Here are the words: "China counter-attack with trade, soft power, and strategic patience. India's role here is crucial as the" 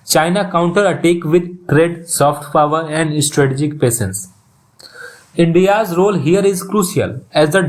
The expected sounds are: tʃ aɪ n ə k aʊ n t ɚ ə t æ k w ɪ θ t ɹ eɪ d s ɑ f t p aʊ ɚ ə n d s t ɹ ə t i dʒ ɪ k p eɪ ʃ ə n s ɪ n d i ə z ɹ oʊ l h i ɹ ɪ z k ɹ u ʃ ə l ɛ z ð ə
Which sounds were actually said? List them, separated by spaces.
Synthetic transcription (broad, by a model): tʃ aɪ n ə k aʊ n t ɚ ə t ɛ k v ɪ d t ɹ eɪ d s ɑ f t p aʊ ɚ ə n d s t ɹ ə t i dʒ ɪ k p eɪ s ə n s ɪ n d i ə z ɹ oʊ l h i ɹ ɪ z k ɹ u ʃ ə l ɛ z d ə